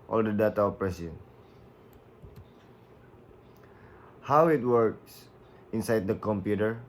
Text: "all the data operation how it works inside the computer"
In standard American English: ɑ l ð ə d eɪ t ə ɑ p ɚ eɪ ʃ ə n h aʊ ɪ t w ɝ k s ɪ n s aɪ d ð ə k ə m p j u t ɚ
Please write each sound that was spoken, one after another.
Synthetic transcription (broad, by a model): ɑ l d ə d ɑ t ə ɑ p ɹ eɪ s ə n h aʊ ɪ t w ɝ k s ɪ n s aɪ d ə k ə m p j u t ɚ